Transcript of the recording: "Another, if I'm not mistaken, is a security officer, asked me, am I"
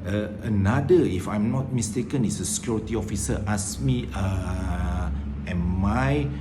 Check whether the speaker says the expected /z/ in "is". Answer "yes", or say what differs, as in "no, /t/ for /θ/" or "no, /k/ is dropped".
no, /s/ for /z/